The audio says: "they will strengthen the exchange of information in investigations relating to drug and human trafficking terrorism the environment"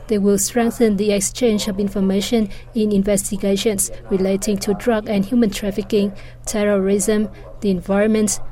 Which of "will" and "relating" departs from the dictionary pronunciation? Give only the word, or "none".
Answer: none